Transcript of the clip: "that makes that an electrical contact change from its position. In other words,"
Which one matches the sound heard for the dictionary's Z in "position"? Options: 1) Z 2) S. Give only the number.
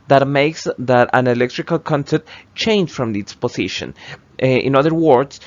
2